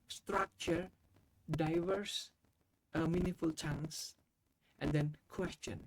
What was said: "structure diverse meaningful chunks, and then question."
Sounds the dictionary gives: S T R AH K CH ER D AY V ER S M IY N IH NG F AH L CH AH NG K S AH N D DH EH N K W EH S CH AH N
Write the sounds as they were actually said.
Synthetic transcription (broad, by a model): S T R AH K CH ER D AY V ER S M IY N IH F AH L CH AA NG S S AH N D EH N K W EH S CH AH N